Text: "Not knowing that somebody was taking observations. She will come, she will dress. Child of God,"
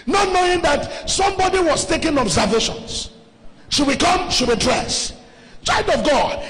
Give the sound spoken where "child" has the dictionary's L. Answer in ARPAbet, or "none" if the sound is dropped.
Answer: none